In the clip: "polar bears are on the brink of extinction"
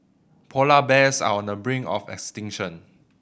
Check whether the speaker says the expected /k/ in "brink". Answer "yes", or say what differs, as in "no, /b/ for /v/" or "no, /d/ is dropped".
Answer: no, /k/ is dropped